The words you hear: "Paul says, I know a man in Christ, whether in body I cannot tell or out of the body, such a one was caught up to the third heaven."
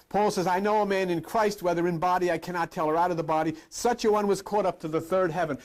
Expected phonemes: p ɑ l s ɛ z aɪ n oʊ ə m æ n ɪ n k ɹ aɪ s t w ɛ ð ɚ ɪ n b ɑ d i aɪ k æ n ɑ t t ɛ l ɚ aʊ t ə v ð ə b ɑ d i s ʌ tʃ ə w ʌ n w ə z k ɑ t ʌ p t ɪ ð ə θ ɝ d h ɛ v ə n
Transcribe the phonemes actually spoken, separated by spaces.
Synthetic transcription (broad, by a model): p ɑ l s ɛ z aɪ n oʊ ə m æ n ɪ n k ɹ aɪ s t w ɛ ð ɚ ɪ n b ɑ d i aɪ k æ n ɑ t t ɛ l ɚ aʊ t ə v ð ə b ɑ d i s ʌ tʃ ə w ʌ n w ə z k ɑ t ʌ p t ɪ ð ə θ ɝ d h ɛ v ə n